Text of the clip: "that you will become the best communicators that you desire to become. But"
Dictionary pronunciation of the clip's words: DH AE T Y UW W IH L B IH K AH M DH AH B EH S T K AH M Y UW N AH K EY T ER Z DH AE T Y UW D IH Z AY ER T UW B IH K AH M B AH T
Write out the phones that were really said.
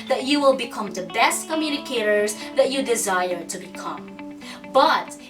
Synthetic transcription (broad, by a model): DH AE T Y UW W IH L B IH K AH M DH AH B EH S T K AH M Y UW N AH K EY T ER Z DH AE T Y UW D IH Z AY ER T UW B IH K AH M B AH T